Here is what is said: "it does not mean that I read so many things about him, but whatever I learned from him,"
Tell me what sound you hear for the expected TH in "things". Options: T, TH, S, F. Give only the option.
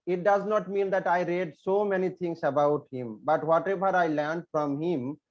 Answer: T